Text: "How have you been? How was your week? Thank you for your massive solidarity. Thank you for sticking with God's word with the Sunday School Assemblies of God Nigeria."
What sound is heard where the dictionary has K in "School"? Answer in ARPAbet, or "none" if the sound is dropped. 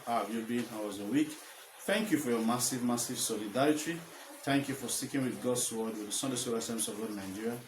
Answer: none